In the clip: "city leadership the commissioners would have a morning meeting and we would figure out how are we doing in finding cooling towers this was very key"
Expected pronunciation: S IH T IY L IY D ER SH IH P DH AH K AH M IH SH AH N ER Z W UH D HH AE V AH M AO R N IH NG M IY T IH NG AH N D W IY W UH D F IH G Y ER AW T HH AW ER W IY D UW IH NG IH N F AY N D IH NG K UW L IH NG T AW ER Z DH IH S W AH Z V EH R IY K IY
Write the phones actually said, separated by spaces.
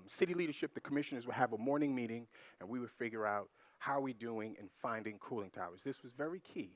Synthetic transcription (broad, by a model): S IH T IY L IY D ER SH IH P DH AH K AH M IH SH AH N ER Z W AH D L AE V AH M AO R N IH NG M IY T IH NG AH N W IY W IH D F IH G Y ER AW T HH AW ER W IY D UW IH NG IH N F AY N D IH NG K UW L IH NG T AW ER Z DH IH S W AH Z V EH R IY K IY